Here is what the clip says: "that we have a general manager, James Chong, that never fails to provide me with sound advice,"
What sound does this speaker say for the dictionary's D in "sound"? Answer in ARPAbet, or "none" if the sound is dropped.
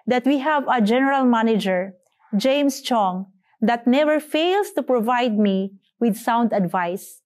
D